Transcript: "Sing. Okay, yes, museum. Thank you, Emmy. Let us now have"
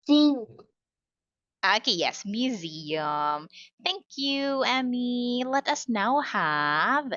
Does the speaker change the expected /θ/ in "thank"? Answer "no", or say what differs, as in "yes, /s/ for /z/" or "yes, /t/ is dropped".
no